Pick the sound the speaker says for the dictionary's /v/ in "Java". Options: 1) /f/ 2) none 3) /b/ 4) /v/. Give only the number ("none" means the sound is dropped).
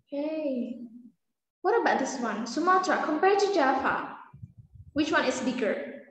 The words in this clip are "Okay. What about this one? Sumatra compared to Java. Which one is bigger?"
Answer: 1